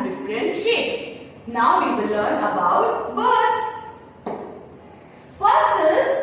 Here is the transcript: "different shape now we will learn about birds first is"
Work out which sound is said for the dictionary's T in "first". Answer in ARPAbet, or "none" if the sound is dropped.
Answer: none